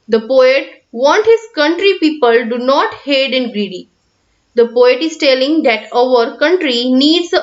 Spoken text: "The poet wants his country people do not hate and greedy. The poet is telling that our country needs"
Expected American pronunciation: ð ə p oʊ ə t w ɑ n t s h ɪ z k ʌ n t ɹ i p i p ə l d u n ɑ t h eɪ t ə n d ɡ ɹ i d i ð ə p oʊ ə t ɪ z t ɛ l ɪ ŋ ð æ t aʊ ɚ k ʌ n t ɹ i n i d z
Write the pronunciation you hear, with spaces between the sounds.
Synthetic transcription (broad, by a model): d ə p oʊ ə t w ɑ n t h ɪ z k ʌ n t ɹ i p i p ə l d u n ɑ t h eɪ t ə n ɡ ɹ i d i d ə p oʊ ə t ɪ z t ɛ l ɪ ŋ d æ t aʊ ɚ k ʌ n t ɹ i n i d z